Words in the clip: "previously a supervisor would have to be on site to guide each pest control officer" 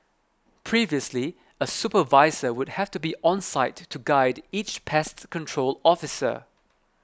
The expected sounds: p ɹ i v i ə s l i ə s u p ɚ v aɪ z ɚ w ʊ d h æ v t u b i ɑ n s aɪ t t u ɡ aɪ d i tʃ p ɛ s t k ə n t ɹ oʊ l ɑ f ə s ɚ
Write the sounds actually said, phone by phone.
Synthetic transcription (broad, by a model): p ɹ i v i ə s l i ə s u p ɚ v aɪ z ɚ w ʊ d h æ f t u b i ɑ n s aɪ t t u ɡ aɪ d i tʃ p ɛ s t k ə n t ɹ oʊ l ɑ f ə s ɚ